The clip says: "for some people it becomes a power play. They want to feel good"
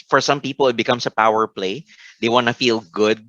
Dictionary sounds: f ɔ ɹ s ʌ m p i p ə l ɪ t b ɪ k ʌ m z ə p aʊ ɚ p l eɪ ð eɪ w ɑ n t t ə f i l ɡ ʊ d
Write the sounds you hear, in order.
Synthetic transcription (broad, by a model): f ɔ ɹ s ʌ m p i p ə l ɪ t b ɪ k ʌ m s ə p aʊ ɚ p l eɪ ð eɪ w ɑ n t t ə f i l ɡ ʊ d